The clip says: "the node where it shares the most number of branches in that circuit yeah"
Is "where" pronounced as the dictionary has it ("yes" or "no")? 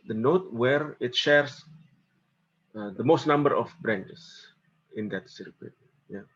yes